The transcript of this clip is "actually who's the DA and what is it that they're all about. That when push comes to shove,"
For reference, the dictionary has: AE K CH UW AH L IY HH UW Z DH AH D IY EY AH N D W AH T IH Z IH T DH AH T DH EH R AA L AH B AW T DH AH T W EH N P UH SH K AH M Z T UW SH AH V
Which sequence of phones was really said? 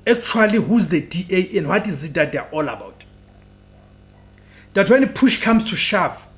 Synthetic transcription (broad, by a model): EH K CH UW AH L IY HH UW Z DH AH D IY EY AH N D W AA T IH Z IH T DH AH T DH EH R AA L AH B AW T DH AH T W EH N P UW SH K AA M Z T UW SH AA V